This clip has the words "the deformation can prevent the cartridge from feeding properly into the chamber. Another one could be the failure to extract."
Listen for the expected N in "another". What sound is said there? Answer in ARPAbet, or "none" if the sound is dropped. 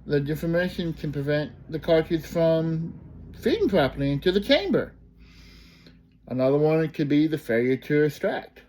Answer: N